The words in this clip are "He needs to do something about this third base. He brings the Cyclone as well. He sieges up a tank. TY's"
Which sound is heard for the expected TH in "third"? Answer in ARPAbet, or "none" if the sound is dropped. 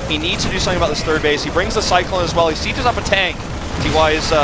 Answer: TH